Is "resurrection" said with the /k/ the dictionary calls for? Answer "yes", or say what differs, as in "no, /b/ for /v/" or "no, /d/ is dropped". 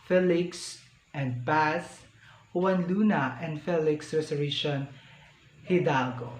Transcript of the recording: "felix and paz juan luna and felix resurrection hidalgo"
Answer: no, /k/ is dropped